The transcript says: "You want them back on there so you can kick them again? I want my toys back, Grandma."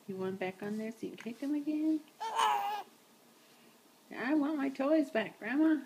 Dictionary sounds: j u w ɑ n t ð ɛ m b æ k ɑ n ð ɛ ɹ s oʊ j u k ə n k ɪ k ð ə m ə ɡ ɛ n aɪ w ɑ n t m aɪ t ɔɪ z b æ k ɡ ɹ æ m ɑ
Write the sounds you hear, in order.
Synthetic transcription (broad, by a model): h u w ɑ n b æ k n ð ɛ ɹ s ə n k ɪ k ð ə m ə ɡ ɛ n aɪ w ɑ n m aɪ t ɔɪ z b æ k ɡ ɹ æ m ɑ